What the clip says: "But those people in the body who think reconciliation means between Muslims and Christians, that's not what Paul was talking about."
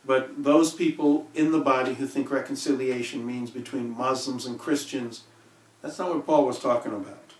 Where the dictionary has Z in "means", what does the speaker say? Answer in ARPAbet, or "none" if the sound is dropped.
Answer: Z